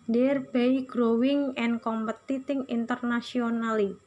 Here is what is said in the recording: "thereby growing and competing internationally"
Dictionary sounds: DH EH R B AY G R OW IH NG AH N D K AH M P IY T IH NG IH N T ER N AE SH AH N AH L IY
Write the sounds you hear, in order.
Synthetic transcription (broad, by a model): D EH R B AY G R OW IH NG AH N K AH M P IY T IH NG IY N T ER N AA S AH N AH L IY